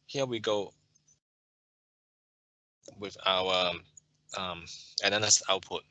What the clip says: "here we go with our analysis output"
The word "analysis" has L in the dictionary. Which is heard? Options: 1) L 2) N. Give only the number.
2